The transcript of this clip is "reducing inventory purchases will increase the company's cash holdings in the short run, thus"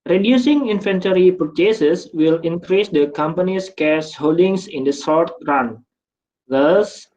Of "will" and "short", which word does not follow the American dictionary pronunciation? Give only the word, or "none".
short